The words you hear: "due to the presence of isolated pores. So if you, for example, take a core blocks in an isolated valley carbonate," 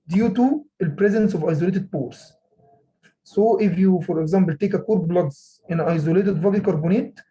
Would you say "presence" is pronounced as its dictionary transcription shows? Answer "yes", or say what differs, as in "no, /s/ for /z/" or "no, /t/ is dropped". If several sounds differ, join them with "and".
yes